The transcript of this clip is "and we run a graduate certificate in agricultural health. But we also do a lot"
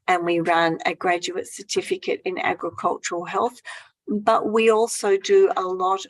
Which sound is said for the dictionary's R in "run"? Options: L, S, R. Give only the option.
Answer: R